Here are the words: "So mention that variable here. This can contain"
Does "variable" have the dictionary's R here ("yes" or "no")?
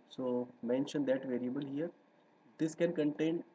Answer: yes